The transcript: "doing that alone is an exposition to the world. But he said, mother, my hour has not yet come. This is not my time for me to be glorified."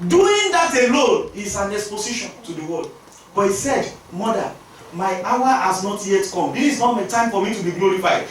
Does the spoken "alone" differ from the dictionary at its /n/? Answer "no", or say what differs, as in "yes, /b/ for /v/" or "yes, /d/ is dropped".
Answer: yes, /l/ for /n/